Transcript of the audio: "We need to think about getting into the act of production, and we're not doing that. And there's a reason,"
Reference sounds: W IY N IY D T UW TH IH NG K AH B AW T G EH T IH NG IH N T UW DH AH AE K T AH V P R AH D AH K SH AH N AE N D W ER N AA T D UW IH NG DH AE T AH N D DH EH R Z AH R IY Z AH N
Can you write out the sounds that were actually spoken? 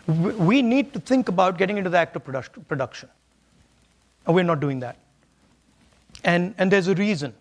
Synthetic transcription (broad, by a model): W IY N IY D T UW T IH NG K AH B AW T G EH T IH NG IH N T UW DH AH AE K T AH P P R AH D AH K SH AH N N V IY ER N AA T D UW IH NG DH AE T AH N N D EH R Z AH R IY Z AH N